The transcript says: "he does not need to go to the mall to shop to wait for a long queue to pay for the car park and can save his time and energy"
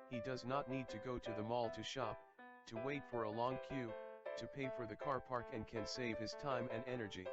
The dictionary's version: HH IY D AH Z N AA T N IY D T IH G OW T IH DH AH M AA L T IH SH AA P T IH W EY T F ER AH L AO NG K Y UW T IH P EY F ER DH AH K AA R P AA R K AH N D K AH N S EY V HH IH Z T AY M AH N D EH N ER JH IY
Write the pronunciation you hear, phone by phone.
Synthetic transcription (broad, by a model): HH IY D AH Z N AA T N IY D T IH G OW T IH DH AH M AA L T IH SH AA P T IH W EY T F ER AH L AO NG K Y UW T IH P EY F ER DH AH K AA R P AA R K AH N K AH N S EY V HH IH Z T AY M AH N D EH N ER JH IY